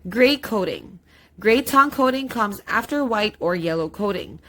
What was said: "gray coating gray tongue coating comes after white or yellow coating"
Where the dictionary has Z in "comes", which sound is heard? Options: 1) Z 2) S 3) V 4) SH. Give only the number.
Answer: 1